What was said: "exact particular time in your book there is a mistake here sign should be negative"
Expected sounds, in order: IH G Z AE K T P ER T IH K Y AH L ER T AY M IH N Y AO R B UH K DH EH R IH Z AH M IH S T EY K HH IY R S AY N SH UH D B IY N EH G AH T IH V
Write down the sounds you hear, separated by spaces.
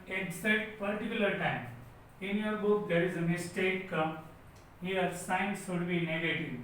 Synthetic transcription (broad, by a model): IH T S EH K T P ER T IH K Y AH L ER T AY M IH N Y AO R B UH K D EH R IH Z AH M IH S T EY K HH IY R S AY N S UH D B IY N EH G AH T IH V